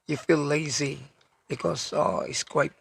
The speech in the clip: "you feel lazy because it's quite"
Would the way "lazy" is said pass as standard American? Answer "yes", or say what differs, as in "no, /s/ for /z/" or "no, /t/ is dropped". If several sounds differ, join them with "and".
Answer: yes